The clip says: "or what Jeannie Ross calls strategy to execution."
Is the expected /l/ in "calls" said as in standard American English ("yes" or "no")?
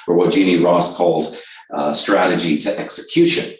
yes